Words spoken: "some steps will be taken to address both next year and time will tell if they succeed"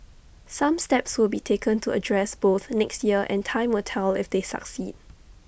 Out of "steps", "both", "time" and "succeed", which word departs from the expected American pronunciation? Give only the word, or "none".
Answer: none